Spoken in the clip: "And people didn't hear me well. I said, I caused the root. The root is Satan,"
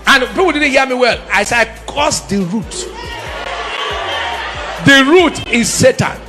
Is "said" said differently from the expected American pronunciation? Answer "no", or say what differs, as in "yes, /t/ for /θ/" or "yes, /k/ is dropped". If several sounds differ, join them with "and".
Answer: yes, /d/ is dropped